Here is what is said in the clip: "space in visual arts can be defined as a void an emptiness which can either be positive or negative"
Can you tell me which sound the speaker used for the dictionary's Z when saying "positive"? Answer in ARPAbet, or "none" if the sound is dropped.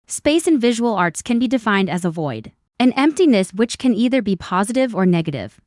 Z